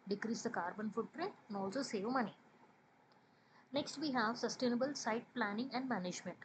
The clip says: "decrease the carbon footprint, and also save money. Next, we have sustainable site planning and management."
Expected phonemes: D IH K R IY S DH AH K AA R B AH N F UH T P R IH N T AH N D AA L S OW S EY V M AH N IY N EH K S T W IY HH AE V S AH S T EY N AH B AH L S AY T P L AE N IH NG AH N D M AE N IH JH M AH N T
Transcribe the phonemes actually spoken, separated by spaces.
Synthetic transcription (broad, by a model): D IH K R IY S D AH K AA R B AH N F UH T P R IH N T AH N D AA L S OW S EY V M AH N IY N EH K S T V IY HH AE V S AH S T EY N AH B AH L S AY T P L AE N IH NG AH N D M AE N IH JH M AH N T